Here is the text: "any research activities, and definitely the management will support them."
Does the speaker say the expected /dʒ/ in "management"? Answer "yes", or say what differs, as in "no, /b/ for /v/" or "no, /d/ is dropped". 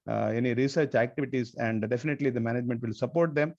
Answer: yes